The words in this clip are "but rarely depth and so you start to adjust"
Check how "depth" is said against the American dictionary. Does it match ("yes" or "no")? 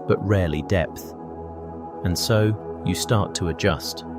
yes